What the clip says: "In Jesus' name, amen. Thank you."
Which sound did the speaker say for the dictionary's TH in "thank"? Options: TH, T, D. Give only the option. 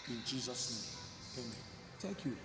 T